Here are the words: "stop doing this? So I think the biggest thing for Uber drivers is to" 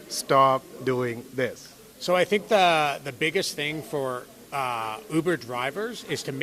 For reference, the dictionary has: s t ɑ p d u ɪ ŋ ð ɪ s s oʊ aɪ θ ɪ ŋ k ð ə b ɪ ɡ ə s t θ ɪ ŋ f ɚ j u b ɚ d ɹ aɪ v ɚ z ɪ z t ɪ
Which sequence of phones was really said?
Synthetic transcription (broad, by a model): s t ɑ p d u ɪ ŋ ð ɪ s s oʊ aɪ θ ɪ ŋ k ð ə b ɪ ɡ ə s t θ ɪ ŋ f ɚ u b ɚ d ɹ aɪ v ɚ z ɪ z t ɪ